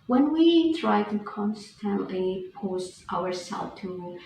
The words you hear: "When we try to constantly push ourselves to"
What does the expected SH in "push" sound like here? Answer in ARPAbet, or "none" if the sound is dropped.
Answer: S